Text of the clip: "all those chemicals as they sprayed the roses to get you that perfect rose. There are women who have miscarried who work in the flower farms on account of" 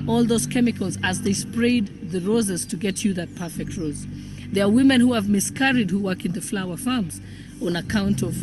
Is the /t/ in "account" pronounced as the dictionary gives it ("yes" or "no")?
yes